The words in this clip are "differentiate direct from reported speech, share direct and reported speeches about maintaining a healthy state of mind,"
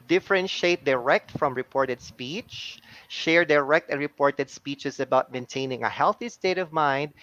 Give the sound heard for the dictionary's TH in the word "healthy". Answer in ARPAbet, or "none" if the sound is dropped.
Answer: TH